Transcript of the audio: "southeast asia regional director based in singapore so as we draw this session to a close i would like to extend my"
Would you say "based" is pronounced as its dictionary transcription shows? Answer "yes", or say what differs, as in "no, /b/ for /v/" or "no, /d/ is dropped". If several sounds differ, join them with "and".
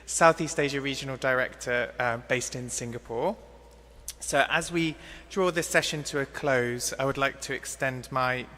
yes